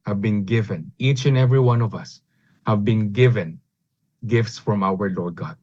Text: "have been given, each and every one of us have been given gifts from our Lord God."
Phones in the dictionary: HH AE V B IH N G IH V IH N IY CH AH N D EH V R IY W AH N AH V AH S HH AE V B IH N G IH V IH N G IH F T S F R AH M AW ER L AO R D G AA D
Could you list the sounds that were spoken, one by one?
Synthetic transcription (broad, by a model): HH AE V B IH N G IH V IH N IY CH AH N EH V R IY W AH N AH V AH S HH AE V B IH N G IH V IH N G IH F T S F R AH M AW ER L AO R D G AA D